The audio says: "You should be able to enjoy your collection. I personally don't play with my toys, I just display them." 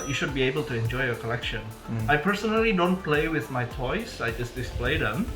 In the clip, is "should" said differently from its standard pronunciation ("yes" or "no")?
no